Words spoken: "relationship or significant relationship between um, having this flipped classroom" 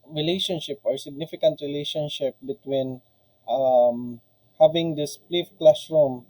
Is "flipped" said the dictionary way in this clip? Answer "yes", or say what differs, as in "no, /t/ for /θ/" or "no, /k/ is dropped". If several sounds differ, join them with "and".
no, /p/ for /f/